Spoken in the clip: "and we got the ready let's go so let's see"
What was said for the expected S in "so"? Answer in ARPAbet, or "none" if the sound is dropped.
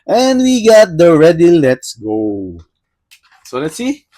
S